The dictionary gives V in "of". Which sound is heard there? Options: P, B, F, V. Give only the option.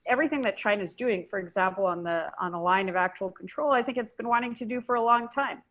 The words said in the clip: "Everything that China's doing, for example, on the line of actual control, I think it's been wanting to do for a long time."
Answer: V